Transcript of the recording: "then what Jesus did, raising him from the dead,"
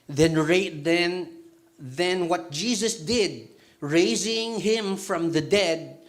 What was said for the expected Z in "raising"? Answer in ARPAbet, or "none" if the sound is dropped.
Z